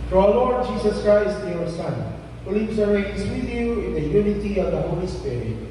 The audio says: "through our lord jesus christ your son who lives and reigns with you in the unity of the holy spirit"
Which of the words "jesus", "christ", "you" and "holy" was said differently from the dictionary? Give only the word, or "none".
jesus